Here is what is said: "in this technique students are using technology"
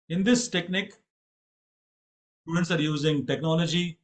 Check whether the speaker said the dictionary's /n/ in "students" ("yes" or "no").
yes